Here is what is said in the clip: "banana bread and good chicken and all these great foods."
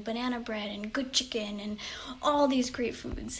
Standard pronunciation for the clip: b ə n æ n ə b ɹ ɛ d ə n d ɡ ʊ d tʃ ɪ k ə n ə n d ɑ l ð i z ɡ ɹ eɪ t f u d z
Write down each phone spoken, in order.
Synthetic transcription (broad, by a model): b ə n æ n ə b ɹ ɛ d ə n ɡ ʊ d tʃ ɪ k ə n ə n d ɑ l ð i z ɡ ɹ eɪ t f u d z